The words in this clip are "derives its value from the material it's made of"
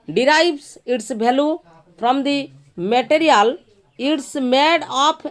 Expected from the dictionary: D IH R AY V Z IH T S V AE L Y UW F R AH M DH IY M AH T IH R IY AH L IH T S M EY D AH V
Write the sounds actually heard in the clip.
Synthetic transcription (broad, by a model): D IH R AY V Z IH T S B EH L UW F R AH M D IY M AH T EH R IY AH L IH T S M EY D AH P